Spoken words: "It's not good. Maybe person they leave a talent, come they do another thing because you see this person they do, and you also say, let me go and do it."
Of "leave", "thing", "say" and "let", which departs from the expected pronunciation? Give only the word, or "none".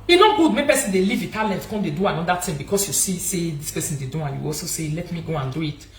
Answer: thing